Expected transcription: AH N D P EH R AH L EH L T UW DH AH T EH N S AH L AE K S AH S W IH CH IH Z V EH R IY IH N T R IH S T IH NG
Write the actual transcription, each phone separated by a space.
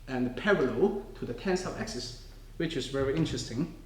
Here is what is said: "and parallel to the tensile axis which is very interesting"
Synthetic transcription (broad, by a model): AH N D P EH R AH L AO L T UW DH AH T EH N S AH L AE K S AH S W IH CH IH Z V EH R IY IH N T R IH S T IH NG